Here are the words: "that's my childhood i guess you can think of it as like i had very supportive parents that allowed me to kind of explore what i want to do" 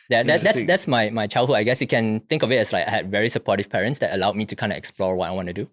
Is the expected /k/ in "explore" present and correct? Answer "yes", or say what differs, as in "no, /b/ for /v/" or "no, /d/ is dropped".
yes